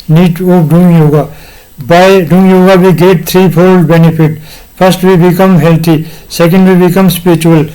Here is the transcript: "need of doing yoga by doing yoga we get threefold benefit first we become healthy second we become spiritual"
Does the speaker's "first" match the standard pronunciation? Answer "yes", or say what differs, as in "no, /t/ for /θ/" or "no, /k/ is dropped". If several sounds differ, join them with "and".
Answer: no, /p/ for /f/